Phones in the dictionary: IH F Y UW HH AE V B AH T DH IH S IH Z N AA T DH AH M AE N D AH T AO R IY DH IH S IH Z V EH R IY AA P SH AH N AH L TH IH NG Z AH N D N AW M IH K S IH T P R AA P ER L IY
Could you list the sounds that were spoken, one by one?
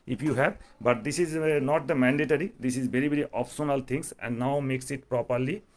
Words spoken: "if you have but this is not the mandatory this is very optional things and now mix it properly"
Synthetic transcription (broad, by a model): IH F Y UW HH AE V B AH T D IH S IH Z N AA T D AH M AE N D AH T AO R IY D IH S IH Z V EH R IY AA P S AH N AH L T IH NG S AH N D N AW M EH K S IH T P R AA P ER L IY